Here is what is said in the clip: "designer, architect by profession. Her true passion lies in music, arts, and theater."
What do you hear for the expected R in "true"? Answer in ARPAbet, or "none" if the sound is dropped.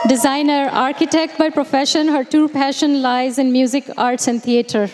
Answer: none